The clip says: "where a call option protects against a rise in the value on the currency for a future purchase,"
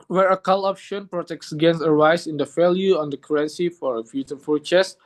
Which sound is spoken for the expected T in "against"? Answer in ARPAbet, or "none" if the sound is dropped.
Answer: none